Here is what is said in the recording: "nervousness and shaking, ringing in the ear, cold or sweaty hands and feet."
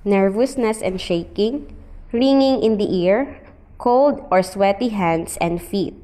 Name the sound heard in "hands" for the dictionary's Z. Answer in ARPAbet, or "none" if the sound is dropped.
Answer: S